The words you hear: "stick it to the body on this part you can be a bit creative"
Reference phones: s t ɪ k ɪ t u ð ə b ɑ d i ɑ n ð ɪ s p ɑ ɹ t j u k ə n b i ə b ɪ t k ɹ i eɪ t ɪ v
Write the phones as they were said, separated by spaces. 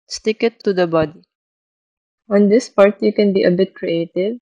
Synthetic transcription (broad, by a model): s t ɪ k ɪ t u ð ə b ɑ d i ɑ n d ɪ s p ɑ ɹ t j u k ə n b i ə b ɪ t k ɹ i eɪ t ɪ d